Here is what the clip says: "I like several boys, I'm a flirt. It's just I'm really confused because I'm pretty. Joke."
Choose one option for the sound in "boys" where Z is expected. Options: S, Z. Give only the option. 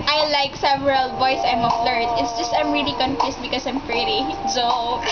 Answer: S